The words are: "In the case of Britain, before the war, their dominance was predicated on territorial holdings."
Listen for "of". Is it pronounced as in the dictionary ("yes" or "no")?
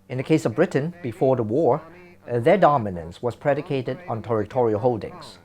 yes